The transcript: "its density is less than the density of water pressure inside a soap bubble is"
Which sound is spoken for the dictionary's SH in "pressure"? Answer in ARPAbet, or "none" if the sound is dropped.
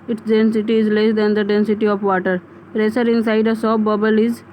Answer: S